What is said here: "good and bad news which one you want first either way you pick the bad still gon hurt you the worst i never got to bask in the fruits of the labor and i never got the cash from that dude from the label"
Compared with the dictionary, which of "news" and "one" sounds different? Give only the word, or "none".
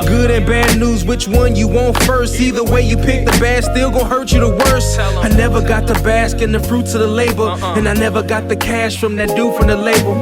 none